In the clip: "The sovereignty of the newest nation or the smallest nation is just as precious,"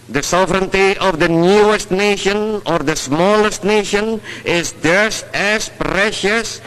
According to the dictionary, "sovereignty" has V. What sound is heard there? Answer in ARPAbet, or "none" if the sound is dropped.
V